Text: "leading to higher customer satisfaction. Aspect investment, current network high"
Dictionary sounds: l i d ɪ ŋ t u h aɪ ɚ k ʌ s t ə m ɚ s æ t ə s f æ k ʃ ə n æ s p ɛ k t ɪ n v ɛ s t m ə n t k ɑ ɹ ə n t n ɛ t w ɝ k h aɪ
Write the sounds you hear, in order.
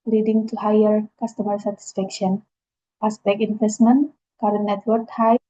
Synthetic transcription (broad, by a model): l i d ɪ ŋ t u h aɪ ɚ k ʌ s t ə m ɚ s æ t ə s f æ k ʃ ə n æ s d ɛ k ɪ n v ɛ s t m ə n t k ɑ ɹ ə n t n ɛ t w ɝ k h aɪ